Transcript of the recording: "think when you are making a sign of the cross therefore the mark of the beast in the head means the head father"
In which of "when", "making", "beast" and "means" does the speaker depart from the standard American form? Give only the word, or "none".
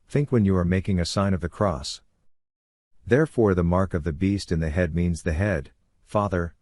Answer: none